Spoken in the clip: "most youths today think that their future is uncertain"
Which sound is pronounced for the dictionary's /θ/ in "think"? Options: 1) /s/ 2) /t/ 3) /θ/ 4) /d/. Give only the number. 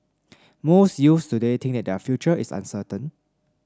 2